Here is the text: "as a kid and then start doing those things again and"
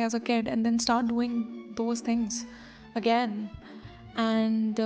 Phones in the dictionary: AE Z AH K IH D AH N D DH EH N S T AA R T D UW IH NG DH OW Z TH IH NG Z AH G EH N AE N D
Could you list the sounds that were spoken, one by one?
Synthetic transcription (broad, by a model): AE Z AH K IH D AH N D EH N S T AA R T D UW IH NG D OW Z T IH NG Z AH G EH N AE N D